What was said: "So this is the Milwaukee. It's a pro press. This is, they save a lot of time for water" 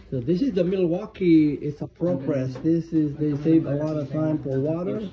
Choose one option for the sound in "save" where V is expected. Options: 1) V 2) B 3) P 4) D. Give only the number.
1